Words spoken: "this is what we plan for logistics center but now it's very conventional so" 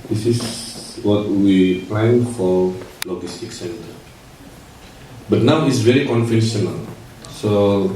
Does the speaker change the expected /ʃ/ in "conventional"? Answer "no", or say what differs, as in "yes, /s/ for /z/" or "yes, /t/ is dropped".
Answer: yes, /s/ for /ʃ/